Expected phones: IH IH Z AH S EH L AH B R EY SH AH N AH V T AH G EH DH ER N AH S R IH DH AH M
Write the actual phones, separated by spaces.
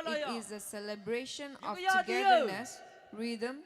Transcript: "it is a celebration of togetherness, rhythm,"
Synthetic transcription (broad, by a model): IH IH Z AH S EH L AH B R EY SH AH N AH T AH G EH ER N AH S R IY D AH M